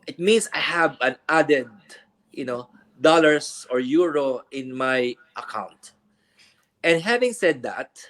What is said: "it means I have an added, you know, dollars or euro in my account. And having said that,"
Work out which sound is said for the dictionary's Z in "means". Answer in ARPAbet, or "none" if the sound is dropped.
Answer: S